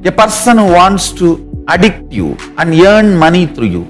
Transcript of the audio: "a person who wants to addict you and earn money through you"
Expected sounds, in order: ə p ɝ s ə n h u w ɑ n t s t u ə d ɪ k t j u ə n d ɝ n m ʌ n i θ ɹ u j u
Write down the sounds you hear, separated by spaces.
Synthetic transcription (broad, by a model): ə p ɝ s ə n h u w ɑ n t s t u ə d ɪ k t j u ə n d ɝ n m ʌ n i t ɹ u j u